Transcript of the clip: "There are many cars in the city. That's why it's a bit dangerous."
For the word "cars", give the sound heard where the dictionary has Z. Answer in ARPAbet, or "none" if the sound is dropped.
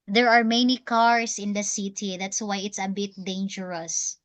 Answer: S